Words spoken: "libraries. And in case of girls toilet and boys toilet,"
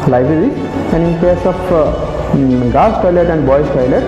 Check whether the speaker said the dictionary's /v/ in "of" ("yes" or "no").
no